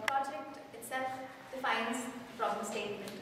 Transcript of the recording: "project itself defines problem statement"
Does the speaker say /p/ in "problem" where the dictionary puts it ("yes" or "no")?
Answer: no